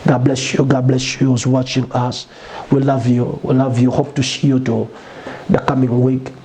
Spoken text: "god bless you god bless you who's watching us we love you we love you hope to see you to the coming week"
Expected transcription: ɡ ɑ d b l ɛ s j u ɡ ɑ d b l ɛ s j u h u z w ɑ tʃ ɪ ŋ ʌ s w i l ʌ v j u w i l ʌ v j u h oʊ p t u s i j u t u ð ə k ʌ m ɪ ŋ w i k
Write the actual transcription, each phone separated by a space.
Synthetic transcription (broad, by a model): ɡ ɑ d b l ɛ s j u ɡ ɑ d b l ɛ s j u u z w ɑ tʃ ɪ ŋ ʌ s w i l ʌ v j u w i l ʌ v j u h oʊ p t u ʃ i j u t u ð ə k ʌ m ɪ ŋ w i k